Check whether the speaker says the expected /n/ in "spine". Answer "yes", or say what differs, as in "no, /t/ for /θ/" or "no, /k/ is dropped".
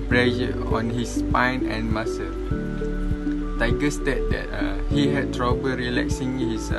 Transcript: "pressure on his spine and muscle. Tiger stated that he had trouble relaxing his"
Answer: yes